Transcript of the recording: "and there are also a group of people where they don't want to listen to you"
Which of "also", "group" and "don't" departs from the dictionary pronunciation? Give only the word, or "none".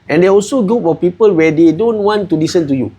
group